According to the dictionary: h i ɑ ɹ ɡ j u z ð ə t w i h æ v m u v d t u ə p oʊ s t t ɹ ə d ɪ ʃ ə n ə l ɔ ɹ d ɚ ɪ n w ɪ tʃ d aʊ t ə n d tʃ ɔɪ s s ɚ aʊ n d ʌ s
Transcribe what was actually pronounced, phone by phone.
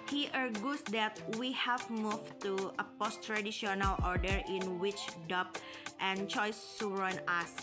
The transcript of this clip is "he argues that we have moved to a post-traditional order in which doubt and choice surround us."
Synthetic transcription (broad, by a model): h i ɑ ɹ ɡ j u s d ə t w i h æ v m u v t u ə p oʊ s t t ɹ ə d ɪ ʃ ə n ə l ɔ ɹ d ɚ ɪ n w ɪ tʃ d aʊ t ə n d tʃ ɔɪ s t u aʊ n ʌ s